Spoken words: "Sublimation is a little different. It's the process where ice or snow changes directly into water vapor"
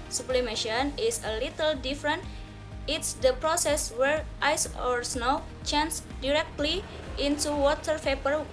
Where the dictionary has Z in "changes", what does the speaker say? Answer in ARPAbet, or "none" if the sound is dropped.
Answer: none